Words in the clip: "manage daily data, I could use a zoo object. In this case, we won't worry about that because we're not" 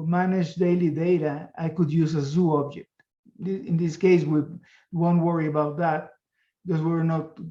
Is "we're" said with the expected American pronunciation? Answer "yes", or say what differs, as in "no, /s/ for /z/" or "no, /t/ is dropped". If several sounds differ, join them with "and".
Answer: yes